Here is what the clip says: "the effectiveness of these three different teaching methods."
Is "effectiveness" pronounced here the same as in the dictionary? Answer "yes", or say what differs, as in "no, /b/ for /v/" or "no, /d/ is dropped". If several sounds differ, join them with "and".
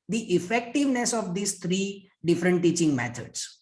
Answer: yes